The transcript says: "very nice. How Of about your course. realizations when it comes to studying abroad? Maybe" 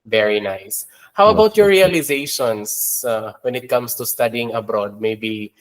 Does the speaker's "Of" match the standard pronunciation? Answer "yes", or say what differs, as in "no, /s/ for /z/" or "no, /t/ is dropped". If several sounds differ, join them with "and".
no, /w/ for /v/